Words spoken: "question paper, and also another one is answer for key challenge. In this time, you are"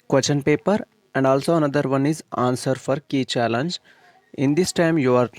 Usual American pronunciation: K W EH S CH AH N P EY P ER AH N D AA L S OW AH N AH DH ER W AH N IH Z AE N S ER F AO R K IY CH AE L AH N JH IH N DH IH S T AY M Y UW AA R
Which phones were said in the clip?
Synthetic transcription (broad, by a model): K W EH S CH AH N P EY P ER AH N D AA L S OW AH N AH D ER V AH N IH Z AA N S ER F AO R K IY CH AE L AH N JH IH N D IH S T AY M Y UW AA R